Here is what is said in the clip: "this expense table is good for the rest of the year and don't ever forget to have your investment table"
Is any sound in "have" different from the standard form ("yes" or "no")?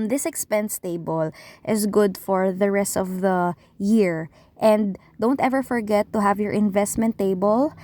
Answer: no